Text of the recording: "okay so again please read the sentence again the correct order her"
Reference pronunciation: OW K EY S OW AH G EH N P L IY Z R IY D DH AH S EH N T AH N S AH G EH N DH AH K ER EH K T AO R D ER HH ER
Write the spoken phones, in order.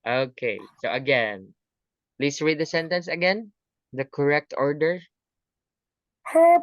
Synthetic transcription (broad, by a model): OW K EY S OW AH G EH N P L IY S R IY D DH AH S EH N T AH N S AH G EH N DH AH K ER EH K T AO R D ER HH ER